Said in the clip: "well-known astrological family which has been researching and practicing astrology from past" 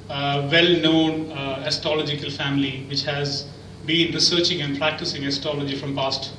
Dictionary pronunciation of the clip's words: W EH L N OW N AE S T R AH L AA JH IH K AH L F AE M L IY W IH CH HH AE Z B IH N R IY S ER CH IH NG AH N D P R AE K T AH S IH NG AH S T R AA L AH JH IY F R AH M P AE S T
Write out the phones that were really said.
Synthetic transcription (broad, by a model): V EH L N OW N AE S T AH L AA JH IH K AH L F AE M L IY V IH CH HH AE Z B IH N R IY S ER CH IH NG AH N D P R AE K T AH S IH NG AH S T AA L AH JH IY F R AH M P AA S T